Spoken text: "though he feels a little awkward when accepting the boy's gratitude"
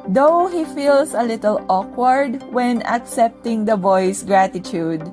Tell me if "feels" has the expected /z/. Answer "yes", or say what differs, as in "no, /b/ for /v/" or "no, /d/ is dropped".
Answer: no, /s/ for /z/